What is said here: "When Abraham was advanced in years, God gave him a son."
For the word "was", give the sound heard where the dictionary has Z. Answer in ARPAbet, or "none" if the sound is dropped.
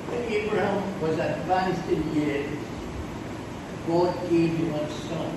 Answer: Z